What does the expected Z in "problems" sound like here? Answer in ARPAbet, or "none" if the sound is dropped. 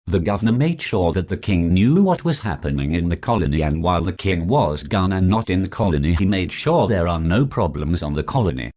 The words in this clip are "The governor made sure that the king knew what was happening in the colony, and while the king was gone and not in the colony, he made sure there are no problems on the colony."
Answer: Z